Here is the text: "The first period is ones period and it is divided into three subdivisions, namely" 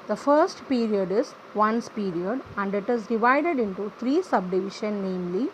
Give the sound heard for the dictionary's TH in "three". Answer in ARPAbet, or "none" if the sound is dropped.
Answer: T